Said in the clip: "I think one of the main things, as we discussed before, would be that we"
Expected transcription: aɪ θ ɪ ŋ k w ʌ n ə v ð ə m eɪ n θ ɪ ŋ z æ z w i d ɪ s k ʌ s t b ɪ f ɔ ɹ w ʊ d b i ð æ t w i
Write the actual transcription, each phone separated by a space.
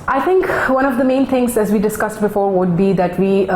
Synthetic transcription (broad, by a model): aɪ t ɪ ŋ k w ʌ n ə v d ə m eɪ n t ɪ ŋ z æ z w i d ɪ s k ʌ s t b ɪ f ɔ ɹ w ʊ d b i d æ t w i